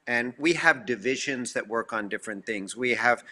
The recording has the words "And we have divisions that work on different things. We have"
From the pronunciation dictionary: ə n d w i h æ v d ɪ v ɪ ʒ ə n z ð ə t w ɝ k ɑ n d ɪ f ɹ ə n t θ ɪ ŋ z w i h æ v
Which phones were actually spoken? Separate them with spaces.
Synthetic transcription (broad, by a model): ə n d w i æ v d ɪ v ɪ ʒ ə n z ð ə t w ɝ k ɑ n d ɪ f ɹ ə n θ ɪ ŋ z w i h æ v